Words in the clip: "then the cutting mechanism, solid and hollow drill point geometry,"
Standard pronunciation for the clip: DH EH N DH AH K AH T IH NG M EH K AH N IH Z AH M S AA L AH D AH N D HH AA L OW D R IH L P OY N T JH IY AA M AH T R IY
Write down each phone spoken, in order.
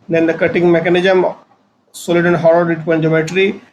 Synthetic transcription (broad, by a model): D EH N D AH K AH T IH NG M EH K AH N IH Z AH M S AA L AH D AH N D HH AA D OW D IH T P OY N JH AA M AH T R IY